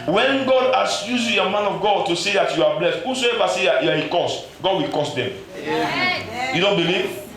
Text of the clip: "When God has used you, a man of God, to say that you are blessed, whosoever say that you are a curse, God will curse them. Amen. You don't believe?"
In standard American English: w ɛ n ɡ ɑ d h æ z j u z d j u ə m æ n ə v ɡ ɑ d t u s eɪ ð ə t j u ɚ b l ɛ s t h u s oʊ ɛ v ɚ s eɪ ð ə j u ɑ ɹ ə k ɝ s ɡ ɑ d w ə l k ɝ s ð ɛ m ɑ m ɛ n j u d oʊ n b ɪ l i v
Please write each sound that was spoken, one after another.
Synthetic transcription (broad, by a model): w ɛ n ɡ ɑ d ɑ s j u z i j ə m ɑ n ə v ɡ ɑ d t u s eɪ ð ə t j u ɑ b l ɛ s t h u s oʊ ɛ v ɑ s eɪ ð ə j u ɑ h ə k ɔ s ɡ ɑ d w ə l k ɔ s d ɛ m m j u d oʊ n b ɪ l i v